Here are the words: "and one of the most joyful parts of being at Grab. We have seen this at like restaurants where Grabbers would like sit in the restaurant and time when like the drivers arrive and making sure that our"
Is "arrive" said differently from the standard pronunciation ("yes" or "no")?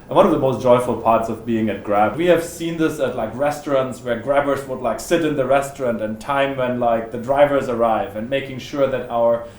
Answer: no